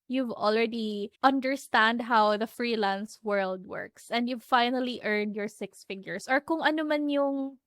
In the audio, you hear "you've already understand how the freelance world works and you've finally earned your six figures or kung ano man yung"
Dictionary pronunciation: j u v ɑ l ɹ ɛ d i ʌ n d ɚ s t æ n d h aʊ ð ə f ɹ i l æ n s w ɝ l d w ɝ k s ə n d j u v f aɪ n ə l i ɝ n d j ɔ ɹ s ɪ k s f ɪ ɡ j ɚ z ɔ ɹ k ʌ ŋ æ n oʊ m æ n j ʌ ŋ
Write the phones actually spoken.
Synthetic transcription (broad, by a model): j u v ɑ l ɹ ɛ d i ʌ n d ɚ s t æ n d h aʊ ð ə f ɹ i l æ n s w ɝ l d w ɝ k s ə n d j u v f aɪ n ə l i ɝ n d j ɔ ɹ s ɪ k s f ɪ ɡ j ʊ s ɔ ɹ k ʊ ŋ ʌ n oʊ m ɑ n j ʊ ŋ